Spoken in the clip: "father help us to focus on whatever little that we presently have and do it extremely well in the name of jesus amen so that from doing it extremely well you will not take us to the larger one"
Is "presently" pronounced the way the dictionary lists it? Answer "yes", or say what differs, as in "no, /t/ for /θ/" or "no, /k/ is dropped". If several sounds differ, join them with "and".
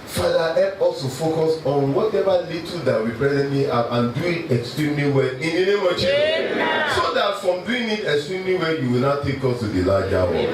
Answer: no, /b/ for /p/